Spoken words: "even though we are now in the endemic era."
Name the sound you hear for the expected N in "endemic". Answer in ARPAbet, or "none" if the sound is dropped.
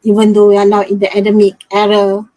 none